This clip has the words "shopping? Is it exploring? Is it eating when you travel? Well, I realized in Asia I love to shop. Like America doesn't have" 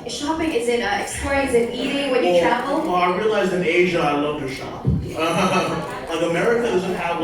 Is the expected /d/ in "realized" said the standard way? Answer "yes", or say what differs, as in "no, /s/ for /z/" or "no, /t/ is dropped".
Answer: no, /d/ is dropped